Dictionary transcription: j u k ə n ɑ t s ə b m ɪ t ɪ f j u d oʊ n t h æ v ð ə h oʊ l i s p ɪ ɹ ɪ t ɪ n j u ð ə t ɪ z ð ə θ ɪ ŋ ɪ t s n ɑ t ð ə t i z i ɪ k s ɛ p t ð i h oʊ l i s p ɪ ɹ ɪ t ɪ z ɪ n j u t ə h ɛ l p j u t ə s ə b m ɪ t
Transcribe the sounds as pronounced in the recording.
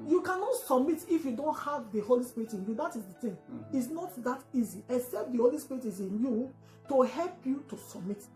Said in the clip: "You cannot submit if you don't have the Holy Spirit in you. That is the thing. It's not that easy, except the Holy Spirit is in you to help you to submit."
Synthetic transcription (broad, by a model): j u k ə n ɑ t s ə b m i t ɪ f j u d oʊ n t h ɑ v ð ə h oʊ l i s p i ɹ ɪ t ɪ n j u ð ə t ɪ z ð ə t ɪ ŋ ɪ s n ɑ t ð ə t i z i ɪ k s ɛ p t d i h oʊ l i s p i ɹ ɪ t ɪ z ɪ n j u t ə h ɛ l p j u t ə s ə b m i t